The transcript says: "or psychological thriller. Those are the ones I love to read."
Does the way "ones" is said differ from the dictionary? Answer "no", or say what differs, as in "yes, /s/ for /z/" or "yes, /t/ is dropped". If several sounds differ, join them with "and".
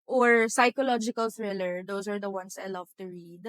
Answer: yes, /s/ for /z/